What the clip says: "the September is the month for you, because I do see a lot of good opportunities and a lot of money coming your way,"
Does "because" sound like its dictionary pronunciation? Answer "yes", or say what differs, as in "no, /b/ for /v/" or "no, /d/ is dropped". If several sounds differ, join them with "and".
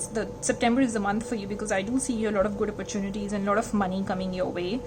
yes